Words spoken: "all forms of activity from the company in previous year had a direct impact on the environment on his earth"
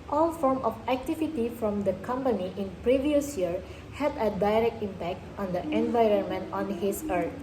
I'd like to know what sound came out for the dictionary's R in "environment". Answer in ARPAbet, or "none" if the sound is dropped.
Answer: R